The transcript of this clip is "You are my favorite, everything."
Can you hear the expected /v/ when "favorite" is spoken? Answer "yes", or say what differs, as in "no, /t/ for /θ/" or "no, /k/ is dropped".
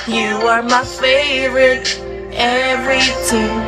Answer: yes